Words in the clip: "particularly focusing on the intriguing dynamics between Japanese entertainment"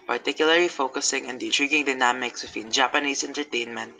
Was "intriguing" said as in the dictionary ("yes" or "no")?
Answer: yes